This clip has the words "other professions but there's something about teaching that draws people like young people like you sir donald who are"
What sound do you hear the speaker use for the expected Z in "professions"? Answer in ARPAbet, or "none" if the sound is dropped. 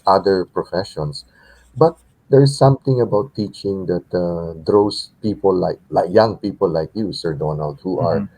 S